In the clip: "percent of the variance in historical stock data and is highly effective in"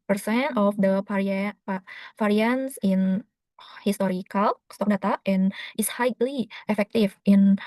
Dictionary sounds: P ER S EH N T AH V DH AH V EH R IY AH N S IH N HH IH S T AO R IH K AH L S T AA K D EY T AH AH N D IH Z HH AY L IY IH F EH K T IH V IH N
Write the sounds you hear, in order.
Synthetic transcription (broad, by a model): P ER S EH N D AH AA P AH F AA R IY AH N S IH N HH IH S T AO R IH K AH L S T AA K D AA T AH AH N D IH S HH AY L IY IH F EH K T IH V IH N